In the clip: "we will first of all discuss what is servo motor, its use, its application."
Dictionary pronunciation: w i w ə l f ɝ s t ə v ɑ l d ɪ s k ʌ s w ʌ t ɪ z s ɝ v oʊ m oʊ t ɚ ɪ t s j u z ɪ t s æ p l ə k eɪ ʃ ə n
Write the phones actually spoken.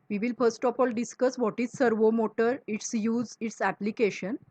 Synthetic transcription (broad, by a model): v i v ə l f ɝ s t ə f ɑ l d ɪ s k ʌ s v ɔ t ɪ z s ɝ v oʊ m oʊ t ɚ ɪ t s j u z ɪ t s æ p l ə k eɪ ʃ ə n